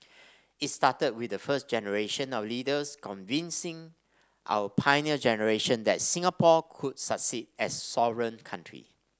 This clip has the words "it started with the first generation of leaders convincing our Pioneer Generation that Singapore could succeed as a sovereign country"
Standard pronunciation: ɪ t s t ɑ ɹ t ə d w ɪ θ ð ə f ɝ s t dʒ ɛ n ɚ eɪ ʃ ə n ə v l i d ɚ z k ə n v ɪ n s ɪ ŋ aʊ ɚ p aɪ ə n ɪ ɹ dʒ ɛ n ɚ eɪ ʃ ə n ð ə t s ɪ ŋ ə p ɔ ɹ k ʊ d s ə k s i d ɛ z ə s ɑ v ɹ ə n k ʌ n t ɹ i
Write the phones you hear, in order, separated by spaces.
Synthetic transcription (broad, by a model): ɪ t s t ɑ t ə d w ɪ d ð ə f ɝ s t dʒ ɛ n ɚ eɪ ʃ ə n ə w l i d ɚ s k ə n v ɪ n s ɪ ŋ aʊ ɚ p aɪ n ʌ dʒ ɛ n ɚ eɪ ʃ ə n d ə t s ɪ ŋ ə p ɔ k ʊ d s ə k s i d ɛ s ɑ v ɹ ə n k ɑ n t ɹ i